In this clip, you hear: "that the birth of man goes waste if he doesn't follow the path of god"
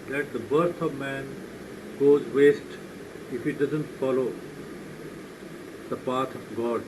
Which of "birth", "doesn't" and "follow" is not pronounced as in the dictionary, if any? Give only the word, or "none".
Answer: birth